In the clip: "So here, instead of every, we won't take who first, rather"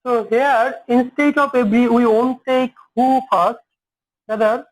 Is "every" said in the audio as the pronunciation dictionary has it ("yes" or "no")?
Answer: no